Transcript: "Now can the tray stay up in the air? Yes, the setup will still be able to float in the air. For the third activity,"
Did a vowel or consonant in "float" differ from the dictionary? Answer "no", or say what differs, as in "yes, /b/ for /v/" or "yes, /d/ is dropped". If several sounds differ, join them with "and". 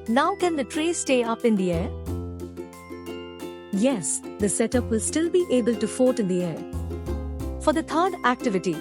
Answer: yes, /l/ is dropped